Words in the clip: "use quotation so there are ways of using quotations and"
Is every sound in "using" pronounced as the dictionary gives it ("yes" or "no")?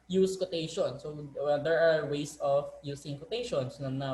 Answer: no